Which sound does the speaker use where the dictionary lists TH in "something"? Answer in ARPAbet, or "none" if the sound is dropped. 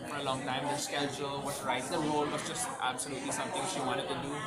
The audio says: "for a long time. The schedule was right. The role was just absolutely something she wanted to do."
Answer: T